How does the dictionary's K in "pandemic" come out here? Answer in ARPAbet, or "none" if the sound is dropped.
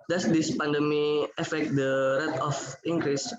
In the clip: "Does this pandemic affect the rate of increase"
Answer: none